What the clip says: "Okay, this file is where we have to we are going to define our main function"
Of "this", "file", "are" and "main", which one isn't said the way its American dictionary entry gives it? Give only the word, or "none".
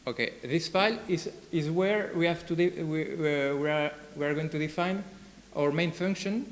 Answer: are